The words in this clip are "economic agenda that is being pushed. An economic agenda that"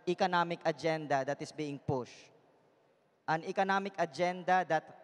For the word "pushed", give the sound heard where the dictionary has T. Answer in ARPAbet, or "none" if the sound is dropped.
T